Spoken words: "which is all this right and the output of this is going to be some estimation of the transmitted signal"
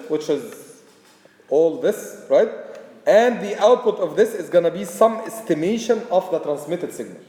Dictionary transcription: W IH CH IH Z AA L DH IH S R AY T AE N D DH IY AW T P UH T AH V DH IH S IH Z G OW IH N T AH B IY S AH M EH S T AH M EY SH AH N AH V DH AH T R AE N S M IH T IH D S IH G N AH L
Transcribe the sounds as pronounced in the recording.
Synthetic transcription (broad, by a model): W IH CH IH Z AA L DH IH S R AY T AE N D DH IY AW T P UH T AH V DH IH S IH Z G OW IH N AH B IY S AH M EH S T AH M EY SH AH N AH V DH AH T R AE N S M IH T IH D S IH G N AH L